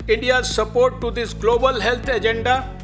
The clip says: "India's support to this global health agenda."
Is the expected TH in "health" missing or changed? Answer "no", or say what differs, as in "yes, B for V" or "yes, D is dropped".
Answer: yes, T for TH